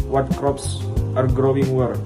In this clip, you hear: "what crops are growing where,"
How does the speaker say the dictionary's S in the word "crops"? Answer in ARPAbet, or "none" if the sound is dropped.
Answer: S